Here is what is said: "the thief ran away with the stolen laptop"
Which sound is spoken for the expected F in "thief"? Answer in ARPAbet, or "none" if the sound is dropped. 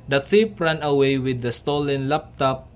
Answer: P